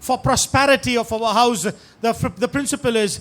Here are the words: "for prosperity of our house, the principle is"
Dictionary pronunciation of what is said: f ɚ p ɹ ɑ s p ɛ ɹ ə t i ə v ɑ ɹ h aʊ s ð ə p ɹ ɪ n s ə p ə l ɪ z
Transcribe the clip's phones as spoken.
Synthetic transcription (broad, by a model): f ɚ p ɹ ɑ s p ɛ ɹ ə t i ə f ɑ w h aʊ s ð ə p ɹ ɪ n s ə p ə l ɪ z